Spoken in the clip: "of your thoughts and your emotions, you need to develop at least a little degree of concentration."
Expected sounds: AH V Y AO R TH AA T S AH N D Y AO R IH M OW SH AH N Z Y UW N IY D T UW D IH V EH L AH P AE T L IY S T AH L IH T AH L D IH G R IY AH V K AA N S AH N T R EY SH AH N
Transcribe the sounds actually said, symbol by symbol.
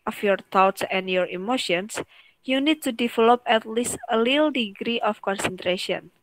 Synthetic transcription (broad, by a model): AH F Y AO R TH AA T S AH N D Y AO R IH M OW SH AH N S Y UW N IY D T UW D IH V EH L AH P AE T L IY S T AH L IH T L D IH G R IY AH F K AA N S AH N T R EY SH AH N